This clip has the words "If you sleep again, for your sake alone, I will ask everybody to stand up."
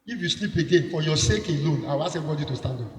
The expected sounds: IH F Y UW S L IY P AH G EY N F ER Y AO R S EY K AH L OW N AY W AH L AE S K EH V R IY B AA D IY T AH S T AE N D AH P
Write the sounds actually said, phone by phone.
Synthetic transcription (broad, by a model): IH F Y UW S L IY P AH G EY N F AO Y AO S EY K AH L OW N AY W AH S EH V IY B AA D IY T AH S T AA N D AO